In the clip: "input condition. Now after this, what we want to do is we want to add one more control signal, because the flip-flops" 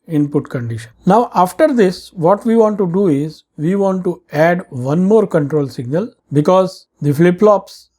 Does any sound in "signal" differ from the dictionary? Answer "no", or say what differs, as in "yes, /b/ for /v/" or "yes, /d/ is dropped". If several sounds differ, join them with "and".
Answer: no